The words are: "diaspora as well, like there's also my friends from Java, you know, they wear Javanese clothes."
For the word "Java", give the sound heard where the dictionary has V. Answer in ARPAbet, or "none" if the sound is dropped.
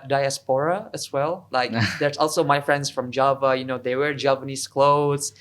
V